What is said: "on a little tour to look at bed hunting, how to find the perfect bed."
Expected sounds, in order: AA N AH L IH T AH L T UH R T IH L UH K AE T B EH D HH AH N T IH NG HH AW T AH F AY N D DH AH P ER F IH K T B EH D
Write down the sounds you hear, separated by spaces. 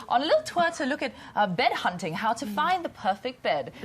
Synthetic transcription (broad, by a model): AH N AH L IH T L T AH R T IH L UH K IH T B EH D HH AH N T IH NG HH AW T AH F AY N DH AH P ER F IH K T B EH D